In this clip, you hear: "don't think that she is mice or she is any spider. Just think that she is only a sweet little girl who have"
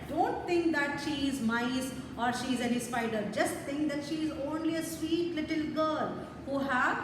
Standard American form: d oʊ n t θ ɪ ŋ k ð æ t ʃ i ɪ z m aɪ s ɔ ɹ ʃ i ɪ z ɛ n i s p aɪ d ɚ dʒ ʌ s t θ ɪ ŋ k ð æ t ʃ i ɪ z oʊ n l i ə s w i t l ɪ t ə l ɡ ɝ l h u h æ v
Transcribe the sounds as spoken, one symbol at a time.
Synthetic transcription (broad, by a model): d oʊ n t t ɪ ŋ k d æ t ʃ i ɪ z m aɪ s ɔ ɹ ʃ i ɪ z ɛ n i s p aɪ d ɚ dʒ ʌ s t t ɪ ŋ k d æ t ʃ i ɪ z oʊ n l i ə s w i t l ɪ t ə l ɡ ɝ l h u h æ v